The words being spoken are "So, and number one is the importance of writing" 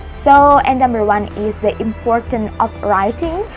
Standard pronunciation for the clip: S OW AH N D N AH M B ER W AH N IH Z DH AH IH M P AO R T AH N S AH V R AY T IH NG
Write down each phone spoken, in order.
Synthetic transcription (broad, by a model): S OW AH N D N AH M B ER W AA N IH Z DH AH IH M P AO R T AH N AH F R AY T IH NG